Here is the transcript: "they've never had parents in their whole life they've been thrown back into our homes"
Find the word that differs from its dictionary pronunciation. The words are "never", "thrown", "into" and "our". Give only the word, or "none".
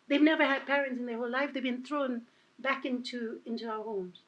none